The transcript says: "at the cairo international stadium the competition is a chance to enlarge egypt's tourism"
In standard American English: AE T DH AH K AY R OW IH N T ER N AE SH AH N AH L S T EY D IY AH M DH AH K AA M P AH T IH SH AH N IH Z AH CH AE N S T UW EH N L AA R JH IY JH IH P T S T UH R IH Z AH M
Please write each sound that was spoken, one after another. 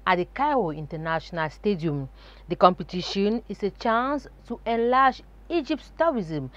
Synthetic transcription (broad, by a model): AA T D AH K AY OW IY N T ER N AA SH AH N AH L S T EY D IY AH M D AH K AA M P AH T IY SH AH N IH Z AH CH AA N S T UW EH N L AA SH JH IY JH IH P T T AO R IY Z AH M